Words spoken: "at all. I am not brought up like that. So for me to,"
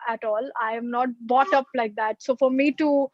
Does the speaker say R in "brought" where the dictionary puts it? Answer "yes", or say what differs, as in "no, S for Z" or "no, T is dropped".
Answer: no, R is dropped